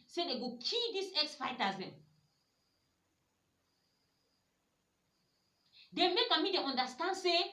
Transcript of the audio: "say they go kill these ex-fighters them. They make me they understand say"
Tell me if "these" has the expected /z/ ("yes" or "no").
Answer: no